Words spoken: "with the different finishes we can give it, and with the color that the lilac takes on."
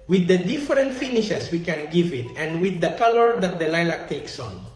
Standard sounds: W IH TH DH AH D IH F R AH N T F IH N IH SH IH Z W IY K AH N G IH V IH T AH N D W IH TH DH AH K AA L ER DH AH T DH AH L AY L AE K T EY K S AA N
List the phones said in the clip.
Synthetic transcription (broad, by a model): W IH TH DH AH D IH F R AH N T F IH N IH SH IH S W IY K AH N G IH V IH T AH N D W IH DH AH K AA L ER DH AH T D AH L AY L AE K T EY K S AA N